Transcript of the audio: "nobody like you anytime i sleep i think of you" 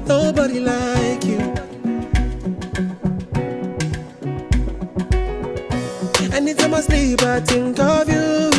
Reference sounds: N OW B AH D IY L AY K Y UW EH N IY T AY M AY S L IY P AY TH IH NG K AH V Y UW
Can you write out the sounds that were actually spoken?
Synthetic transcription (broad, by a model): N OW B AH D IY L AY K Y UW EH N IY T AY M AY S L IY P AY T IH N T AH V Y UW